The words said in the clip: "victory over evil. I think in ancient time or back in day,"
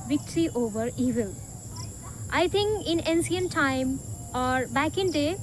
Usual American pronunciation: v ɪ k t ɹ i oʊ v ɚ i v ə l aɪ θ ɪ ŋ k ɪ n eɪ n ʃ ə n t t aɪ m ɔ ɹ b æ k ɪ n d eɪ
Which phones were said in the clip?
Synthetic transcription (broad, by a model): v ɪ k t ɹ i oʊ v ɚ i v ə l aɪ t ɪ ŋ k ɪ n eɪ n s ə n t t aɪ m ɔ ɹ b æ k ɪ n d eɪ